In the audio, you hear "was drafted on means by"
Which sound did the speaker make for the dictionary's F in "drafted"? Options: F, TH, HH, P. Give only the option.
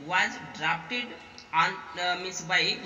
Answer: P